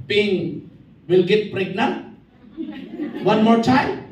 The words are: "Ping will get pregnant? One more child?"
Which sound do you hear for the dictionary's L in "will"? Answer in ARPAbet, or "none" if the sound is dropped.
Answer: L